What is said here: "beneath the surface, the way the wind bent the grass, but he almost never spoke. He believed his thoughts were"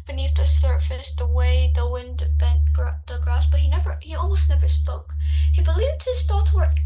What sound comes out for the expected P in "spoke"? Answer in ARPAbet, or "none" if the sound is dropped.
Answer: P